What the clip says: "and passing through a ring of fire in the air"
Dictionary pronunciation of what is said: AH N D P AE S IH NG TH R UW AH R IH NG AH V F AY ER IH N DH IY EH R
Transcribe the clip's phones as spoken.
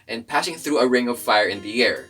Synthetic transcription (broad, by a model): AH N P AE S IH NG TH R UW AH R IH NG AH V F AY ER IH N DH IY EH R